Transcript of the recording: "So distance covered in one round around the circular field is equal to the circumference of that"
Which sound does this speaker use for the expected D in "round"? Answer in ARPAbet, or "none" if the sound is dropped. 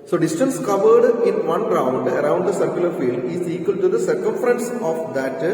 D